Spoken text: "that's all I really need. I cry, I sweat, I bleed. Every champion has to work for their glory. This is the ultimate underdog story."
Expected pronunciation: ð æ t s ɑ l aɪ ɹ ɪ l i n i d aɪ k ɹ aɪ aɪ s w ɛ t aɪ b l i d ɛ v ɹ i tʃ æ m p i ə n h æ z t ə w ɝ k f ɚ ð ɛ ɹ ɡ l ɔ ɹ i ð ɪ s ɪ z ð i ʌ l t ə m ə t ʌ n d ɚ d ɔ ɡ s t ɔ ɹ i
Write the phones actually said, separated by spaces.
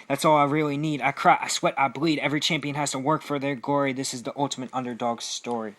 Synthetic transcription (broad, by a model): ð æ t s ɑ l aɪ ɹ ɪ l i n i d aɪ k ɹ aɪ aɪ s w ɛ t aɪ b l i d ɛ v ɹ i tʃ æ m p i ə n h æ z t ə w ɝ k f ɚ ð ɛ ɹ ɡ ɔ ɹ i ð ɪ s ɪ z ð i ʌ l t ə m ə t ʌ n d ɚ d ɔ ɡ s t ɔ ɹ i